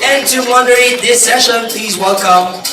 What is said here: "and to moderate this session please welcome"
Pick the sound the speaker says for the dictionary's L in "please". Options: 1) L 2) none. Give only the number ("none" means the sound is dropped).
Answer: 1